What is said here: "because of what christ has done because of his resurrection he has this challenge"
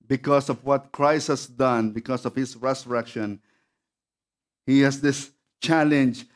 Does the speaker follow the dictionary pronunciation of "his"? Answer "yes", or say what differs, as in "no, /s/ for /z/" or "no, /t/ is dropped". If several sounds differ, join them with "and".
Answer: no, /s/ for /z/